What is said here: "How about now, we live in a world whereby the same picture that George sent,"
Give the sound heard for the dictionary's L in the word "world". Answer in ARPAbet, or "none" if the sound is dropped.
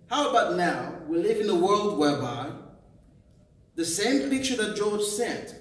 L